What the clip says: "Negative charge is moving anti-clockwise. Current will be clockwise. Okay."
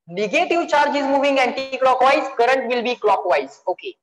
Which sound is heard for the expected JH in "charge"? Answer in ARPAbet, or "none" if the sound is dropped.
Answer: JH